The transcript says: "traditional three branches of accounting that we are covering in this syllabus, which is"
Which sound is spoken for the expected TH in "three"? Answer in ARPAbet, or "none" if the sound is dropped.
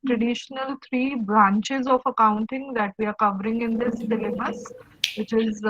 T